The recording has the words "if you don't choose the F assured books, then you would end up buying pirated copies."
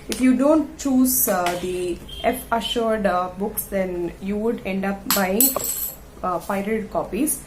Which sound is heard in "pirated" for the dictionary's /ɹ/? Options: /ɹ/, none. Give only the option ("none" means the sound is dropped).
none